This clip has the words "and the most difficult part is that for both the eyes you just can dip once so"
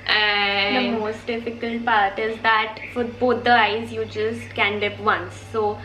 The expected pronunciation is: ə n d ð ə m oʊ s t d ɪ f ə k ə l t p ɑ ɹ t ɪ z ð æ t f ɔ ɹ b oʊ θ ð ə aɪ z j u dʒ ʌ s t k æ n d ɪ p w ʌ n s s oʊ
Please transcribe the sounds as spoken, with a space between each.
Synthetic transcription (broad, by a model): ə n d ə m oʊ s t d ɪ f ə k ə l t p ɑ ɹ t ɪ z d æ t f ɔ ɹ b oʊ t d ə aɪ z j u dʒ ʌ s t k æ n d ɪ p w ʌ n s s oʊ